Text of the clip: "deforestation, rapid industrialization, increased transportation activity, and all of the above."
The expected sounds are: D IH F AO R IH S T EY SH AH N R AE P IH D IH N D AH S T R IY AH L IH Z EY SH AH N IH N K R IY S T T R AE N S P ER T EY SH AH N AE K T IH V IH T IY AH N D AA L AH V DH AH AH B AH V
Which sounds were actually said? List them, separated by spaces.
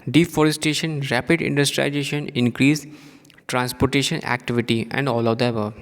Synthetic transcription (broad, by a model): D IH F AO R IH S T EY SH AH N R AE P IH D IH N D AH S T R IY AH IH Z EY SH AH N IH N K R IY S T T R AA N S P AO T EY SH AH N AE K T IH V IH T IY AH N D AA L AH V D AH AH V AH